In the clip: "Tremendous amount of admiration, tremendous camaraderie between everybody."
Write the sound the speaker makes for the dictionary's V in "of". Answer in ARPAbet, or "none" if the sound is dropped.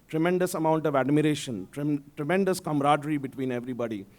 V